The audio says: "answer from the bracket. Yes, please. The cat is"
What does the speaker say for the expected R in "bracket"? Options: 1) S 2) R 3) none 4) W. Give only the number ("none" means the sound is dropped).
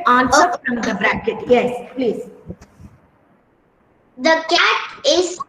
2